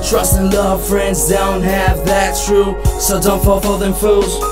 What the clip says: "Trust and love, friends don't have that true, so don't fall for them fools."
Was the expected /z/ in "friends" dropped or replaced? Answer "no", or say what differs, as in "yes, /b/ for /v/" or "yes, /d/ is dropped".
no